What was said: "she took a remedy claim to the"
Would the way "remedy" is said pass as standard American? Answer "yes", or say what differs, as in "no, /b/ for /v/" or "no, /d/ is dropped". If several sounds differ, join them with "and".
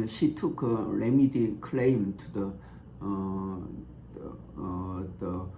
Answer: yes